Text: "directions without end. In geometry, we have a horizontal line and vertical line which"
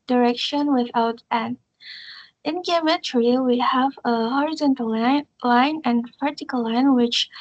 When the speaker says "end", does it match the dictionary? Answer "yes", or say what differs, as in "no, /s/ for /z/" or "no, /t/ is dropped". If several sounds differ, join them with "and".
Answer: no, /d/ is dropped